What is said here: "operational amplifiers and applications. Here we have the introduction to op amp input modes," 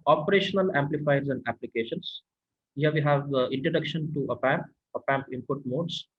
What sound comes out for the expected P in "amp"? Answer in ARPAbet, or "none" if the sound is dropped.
P